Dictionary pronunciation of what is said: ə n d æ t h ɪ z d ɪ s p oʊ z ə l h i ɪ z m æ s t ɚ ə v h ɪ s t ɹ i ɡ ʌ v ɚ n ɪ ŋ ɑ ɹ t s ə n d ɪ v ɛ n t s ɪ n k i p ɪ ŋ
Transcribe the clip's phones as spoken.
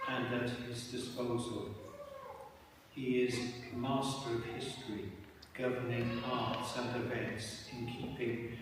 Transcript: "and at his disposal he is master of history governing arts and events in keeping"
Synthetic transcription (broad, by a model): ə n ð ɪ t h ɪ z d ɪ s p oʊ z ə l h i ɪ z m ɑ s t ɚ ə v h ɪ s t ɹ i ɡ ʌ v ɚ n ɪ ŋ ɑ ɹ t s ə n d ɪ v ɛ n t s ɪ n k i p ɪ ŋ